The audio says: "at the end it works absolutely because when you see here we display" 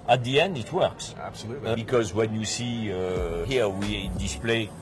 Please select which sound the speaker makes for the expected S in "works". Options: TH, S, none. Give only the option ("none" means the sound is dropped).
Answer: S